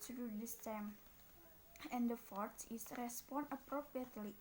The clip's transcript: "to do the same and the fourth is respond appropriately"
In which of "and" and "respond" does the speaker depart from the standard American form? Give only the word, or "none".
respond